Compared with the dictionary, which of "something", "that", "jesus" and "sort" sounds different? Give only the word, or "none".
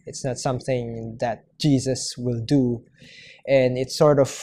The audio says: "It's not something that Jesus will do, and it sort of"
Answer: none